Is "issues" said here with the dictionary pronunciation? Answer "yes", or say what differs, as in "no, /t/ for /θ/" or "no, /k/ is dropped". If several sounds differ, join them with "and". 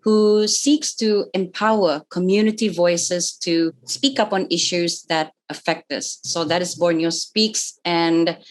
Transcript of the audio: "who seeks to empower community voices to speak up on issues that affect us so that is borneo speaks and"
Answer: yes